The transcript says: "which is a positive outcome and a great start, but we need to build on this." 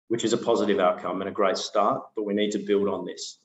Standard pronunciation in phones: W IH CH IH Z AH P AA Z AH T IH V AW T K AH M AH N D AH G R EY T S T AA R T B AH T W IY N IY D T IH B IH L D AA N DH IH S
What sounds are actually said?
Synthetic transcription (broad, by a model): W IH CH IH Z AH P AA Z AH T IH V AW T K AH M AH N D AH G R EY T S T AA R T B AH T W IY N IY D T IH B IH L D N DH IH S